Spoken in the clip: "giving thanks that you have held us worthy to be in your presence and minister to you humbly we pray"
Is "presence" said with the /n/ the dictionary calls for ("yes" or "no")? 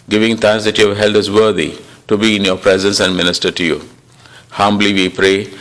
yes